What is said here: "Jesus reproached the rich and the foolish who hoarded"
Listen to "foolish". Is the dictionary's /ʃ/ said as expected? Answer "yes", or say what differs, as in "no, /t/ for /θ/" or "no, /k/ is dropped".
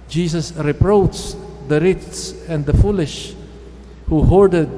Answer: yes